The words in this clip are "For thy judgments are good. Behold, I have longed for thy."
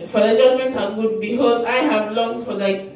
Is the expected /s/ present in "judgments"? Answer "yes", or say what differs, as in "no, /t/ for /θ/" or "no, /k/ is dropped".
no, /s/ is dropped